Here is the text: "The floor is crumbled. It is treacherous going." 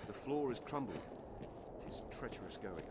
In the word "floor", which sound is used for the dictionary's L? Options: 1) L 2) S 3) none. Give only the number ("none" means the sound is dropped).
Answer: 1